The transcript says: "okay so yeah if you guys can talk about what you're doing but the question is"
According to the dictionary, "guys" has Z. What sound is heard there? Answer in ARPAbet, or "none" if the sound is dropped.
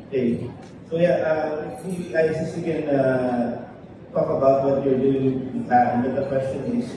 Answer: none